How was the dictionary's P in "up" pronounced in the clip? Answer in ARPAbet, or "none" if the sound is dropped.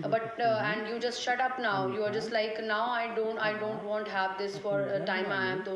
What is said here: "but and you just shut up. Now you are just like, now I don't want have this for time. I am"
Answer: P